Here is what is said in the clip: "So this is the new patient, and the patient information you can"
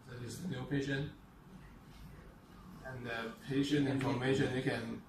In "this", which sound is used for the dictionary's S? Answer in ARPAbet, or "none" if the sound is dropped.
none